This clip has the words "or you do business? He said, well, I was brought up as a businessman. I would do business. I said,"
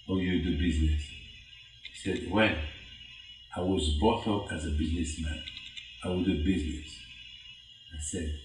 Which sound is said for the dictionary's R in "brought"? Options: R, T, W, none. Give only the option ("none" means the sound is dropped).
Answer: none